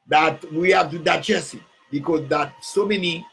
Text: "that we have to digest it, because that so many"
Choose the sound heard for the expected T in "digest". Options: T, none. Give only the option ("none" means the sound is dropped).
none